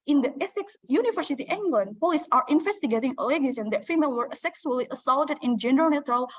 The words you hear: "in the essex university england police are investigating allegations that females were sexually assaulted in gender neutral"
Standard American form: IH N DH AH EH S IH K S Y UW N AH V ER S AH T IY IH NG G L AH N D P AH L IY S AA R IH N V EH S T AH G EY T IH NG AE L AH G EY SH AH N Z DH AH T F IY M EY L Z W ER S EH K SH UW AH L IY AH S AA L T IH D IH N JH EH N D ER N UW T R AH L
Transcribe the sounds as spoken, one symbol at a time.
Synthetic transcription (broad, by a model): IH N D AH EH S IH K S Y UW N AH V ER S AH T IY IH NG G L AH N D P AH L IY S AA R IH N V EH S T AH G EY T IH NG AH L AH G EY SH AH N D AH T F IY M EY L W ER S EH K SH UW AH L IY AH S AA L T IH D IH N JH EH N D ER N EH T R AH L